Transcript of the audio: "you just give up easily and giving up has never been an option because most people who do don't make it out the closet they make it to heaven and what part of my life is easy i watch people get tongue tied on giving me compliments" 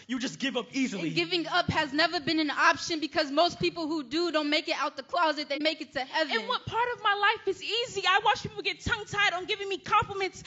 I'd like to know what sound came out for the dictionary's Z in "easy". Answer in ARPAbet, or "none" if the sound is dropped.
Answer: Z